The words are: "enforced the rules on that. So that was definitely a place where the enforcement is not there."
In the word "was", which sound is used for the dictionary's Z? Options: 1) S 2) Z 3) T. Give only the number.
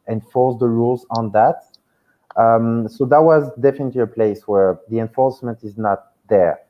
2